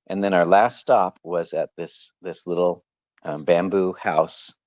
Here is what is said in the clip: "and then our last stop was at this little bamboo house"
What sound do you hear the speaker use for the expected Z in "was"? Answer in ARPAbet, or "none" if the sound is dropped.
Z